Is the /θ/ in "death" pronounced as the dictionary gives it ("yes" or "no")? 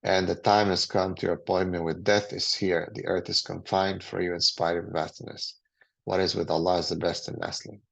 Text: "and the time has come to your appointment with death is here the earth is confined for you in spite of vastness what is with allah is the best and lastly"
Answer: yes